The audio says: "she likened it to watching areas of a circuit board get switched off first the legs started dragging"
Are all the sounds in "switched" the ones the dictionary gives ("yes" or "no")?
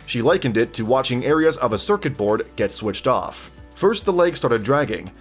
yes